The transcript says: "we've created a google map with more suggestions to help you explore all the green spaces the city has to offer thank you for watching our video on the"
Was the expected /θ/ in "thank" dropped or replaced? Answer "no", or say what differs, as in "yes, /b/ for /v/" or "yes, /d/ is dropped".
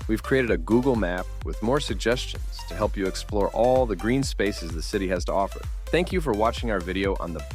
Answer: no